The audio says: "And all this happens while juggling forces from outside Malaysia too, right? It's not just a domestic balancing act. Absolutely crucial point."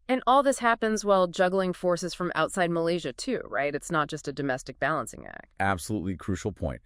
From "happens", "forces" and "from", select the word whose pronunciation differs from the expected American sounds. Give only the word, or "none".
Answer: none